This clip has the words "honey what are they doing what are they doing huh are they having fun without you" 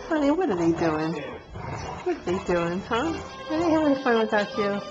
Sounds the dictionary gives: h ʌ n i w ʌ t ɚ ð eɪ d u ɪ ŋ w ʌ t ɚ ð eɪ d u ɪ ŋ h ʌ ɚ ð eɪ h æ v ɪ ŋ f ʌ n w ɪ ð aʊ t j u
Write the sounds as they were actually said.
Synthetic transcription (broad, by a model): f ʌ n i w ʌ t ɚ ð eɪ d u ɪ ŋ w ʌ t ɚ ð eɪ d u ɪ ŋ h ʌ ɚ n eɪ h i w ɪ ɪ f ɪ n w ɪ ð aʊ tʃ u